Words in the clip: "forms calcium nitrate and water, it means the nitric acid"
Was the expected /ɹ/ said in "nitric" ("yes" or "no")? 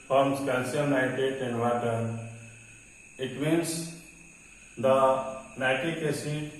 no